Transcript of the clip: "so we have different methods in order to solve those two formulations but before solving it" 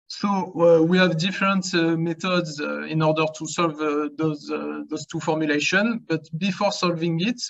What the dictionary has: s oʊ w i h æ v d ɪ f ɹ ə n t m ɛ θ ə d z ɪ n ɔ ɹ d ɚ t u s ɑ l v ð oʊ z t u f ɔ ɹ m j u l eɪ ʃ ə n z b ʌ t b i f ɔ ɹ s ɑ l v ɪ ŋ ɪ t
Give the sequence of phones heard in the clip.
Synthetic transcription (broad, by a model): s oʊ w i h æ v d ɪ f ɹ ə n t m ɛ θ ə d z ɪ n ɔ ɹ d ɚ t u s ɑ l v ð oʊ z t u f ɔ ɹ m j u l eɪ ʃ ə n b ʌ t b i f ɔ ɹ s ɑ l v ɪ ŋ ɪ t